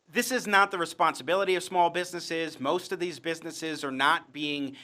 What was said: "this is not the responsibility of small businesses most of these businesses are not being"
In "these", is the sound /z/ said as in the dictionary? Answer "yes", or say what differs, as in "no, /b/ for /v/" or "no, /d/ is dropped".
yes